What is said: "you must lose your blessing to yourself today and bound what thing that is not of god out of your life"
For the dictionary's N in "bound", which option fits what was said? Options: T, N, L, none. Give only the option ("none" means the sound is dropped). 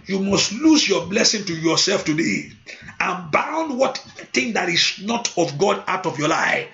N